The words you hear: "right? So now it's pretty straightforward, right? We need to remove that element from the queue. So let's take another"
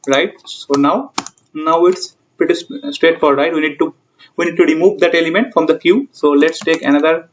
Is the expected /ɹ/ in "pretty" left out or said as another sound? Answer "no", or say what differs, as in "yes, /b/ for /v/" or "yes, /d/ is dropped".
yes, /ɹ/ is dropped